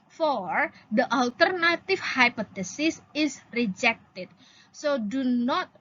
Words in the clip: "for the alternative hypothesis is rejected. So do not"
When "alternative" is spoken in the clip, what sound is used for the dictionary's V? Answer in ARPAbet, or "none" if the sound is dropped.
F